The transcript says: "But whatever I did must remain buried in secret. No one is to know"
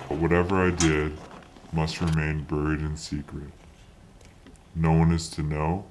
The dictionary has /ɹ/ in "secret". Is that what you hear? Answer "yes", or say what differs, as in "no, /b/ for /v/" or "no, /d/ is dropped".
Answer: yes